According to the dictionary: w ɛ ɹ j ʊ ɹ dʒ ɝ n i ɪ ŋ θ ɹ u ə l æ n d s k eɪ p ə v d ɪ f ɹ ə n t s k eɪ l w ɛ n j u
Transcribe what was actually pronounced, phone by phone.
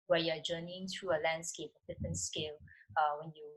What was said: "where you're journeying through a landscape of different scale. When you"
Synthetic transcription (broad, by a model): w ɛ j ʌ dʒ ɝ n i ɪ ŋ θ ɹ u ə l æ n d s k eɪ p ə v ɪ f ə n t s k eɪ l w ɛ n j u